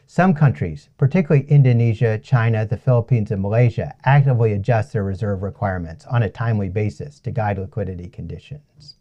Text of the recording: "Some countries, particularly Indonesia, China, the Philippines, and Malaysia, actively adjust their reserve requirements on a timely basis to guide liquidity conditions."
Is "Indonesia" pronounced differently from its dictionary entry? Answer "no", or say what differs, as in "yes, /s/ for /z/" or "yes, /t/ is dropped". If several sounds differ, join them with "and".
no